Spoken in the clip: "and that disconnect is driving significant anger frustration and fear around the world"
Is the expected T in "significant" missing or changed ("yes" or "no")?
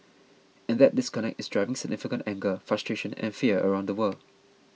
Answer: no